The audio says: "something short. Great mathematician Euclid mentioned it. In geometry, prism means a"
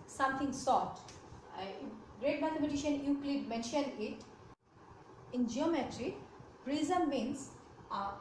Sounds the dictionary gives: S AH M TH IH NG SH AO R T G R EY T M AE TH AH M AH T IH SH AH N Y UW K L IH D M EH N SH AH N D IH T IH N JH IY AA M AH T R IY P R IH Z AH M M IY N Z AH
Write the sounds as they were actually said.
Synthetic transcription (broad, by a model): S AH M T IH NG S AO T G R EY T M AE T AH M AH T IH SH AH N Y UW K L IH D M EH N SH AH N D IH T IH N JH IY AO M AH T R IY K R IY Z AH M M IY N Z